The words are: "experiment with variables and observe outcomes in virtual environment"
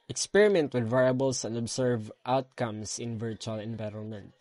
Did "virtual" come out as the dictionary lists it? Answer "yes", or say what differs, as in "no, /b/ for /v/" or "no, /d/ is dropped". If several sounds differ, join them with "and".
yes